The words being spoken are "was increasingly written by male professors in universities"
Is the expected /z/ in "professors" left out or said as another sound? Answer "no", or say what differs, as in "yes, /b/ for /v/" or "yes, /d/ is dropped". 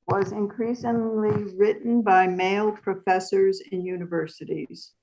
no